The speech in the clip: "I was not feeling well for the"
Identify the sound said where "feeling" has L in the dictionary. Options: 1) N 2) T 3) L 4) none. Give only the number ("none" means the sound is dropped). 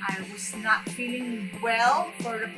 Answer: 3